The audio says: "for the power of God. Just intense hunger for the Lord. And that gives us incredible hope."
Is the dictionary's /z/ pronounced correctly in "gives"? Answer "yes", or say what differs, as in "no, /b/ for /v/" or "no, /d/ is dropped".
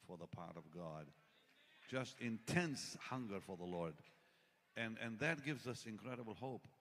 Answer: yes